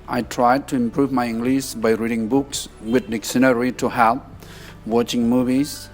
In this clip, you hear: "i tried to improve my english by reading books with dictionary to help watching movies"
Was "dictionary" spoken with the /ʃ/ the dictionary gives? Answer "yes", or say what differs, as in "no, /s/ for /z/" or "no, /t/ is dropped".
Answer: no, /s/ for /ʃ/